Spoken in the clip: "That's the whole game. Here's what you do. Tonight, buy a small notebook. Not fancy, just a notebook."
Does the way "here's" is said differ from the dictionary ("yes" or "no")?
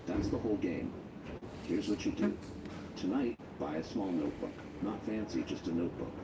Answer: no